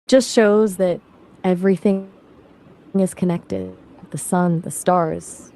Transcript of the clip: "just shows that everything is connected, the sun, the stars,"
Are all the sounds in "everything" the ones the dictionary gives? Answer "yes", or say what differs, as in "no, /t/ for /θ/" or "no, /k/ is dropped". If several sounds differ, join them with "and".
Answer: yes